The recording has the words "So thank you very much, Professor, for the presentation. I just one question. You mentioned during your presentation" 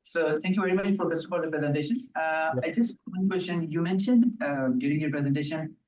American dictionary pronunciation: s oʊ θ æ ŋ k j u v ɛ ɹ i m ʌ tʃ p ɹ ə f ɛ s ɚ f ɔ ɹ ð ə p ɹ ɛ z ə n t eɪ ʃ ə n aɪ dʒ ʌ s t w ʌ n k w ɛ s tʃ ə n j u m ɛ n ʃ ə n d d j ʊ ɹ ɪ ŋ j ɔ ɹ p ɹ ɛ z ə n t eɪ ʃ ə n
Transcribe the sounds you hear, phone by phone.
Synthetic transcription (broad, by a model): s oʊ t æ ŋ k j u v ɛ ɹ i m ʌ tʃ f ɹ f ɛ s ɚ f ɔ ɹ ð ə p ɹ ɛ z ə n t eɪ ʃ ə n aɪ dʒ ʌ s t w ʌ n k w ɛ s tʃ ə n j u m ɛ n ʃ ə n d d j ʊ ɹ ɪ ŋ j ɔ ɹ p ɹ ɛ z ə n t eɪ ʃ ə n